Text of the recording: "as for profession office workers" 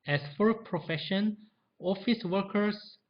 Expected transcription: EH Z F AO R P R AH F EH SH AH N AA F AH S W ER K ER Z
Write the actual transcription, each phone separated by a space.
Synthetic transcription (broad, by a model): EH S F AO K P R AH F EH SH AH N AA F AH S W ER K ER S